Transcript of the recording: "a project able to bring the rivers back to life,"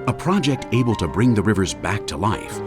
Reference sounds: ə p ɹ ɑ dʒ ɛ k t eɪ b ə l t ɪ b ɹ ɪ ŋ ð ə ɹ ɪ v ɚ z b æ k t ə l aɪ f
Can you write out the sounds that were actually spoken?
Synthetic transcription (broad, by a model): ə p ɹ ɑ dʒ ɛ k t eɪ b ə l t ɪ b ɹ ɪ ŋ ð ə ɹ ɪ v ɚ z b æ k t ə l aɪ f